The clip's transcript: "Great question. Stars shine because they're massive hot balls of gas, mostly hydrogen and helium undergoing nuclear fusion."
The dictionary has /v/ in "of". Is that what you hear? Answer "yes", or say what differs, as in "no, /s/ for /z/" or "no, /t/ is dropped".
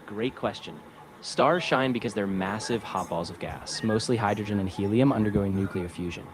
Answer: yes